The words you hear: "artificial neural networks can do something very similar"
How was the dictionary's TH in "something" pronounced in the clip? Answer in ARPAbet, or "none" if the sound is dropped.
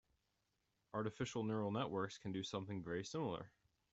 TH